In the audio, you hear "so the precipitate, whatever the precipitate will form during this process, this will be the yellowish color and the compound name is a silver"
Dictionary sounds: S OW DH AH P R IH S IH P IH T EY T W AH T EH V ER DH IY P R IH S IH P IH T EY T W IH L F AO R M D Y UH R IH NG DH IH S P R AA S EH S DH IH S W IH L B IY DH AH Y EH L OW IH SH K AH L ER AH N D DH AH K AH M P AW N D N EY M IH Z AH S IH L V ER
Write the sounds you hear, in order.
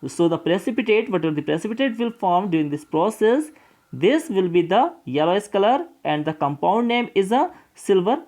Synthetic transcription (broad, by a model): S OW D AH P R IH S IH P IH T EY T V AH T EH V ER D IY P R IH S IH P IH T EY T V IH L F AO R M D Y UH R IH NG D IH S P R AA S EH S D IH S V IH L B IY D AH Y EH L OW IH S K AH L ER AH N D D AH K AH M P AW N D N EY M IH Z AH S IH L V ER